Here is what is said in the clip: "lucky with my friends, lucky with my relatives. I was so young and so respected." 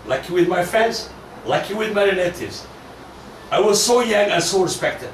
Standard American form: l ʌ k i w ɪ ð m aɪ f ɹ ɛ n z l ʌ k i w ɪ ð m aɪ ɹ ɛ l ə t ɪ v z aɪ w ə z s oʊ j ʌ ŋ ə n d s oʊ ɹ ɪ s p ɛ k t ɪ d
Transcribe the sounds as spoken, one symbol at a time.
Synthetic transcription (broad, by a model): l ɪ k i w ɪ ð m aɪ f ɹ ɛ n z l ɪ k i w ɪ ð m aɪ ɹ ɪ n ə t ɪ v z aɪ w ə z s oʊ j ʌ ŋ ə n s oʊ ɹ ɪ s p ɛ k t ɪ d